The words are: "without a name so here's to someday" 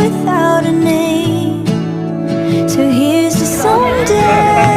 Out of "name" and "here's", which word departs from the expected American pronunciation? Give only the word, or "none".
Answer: none